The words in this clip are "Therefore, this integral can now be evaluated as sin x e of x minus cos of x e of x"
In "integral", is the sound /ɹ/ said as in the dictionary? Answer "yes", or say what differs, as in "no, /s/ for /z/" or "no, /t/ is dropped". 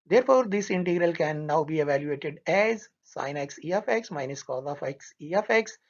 yes